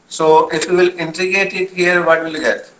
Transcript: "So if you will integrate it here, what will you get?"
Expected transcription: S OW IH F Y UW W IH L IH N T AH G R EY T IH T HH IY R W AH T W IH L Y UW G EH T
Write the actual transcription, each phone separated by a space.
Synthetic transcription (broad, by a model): S OW IH F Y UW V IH L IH N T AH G EY T IH T HH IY R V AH T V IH L G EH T